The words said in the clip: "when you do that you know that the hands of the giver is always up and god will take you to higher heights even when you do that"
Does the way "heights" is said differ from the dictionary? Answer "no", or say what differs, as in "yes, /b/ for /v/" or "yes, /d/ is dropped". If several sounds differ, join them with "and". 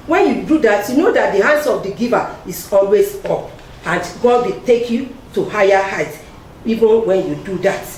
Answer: yes, /s/ is dropped